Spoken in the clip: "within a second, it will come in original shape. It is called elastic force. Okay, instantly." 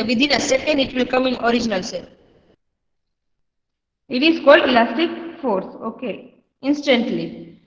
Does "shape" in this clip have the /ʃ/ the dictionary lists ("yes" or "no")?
no